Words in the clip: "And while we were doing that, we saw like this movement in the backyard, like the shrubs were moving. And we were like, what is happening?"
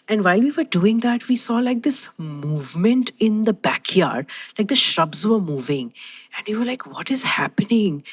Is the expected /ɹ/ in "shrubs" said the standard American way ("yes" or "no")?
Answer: yes